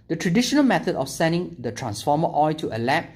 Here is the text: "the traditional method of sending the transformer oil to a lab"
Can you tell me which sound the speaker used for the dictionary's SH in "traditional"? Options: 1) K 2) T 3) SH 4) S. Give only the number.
3